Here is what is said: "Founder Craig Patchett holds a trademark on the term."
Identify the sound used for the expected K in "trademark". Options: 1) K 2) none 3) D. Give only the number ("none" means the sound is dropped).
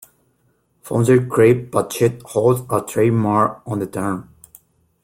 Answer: 2